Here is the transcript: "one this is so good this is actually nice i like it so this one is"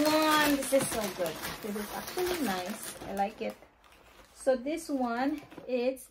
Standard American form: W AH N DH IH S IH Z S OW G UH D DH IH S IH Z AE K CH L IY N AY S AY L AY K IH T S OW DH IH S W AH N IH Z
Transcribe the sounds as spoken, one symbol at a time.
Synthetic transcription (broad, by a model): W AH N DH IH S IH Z S OW G UH D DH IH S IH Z AE K CH L IY N AY S AY L AY K IH T S OW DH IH S W AH N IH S